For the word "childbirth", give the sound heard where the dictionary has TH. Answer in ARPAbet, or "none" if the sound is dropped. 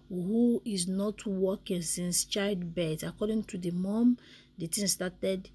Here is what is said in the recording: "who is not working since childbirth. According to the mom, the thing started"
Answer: T